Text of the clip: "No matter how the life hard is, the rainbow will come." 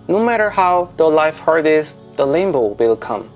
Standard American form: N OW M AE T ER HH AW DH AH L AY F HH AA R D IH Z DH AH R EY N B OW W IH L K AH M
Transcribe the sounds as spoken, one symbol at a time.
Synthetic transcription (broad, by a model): N OW M AE T ER HH AW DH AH L AY F HH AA R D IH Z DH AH L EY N B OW W IH L K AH M